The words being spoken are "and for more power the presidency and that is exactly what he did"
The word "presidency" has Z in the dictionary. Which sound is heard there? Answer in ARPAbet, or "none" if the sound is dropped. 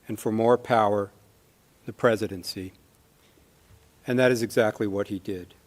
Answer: Z